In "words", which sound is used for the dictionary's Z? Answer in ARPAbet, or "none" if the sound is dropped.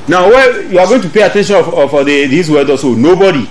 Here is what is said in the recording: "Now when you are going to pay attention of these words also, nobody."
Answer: none